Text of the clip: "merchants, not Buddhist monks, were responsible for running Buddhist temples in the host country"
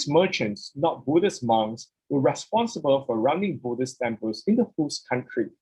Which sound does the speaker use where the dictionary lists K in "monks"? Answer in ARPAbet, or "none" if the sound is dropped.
none